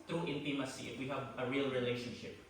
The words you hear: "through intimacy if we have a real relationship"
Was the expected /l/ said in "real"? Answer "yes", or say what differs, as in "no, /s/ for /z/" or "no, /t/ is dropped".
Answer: yes